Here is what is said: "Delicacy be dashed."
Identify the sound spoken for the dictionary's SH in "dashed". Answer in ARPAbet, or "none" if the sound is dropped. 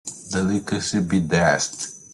S